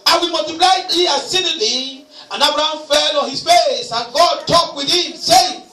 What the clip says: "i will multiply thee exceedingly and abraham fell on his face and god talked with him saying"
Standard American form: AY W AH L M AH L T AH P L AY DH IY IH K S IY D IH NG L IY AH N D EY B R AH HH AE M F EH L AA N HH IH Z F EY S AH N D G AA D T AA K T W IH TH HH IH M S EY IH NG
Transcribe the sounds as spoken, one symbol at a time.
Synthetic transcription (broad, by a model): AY W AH M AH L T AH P L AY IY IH S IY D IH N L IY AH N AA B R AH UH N F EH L AA N HH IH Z F EY S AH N G AA D T AA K W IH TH HH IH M S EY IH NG